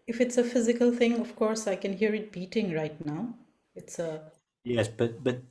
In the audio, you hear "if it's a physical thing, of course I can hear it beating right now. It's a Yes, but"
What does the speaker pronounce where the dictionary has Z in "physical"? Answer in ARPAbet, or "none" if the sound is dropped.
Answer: Z